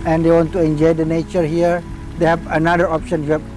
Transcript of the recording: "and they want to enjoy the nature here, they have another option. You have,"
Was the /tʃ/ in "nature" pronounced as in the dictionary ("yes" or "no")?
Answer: yes